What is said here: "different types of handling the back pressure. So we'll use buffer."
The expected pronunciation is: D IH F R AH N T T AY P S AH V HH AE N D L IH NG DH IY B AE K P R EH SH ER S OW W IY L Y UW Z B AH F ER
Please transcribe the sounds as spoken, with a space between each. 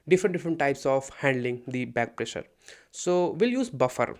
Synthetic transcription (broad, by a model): D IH F R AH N T T AY P S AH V HH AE N D L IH NG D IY B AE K P R EH SH ER S OW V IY L Y UW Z B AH F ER